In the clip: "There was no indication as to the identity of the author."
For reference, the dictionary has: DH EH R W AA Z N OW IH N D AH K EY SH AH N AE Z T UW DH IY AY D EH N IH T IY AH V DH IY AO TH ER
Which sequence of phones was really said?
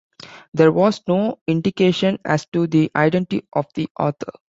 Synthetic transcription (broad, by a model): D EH R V AA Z N OW IH N D AH K EY SH AH N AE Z T UW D IY AY D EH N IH T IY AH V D IY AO T ER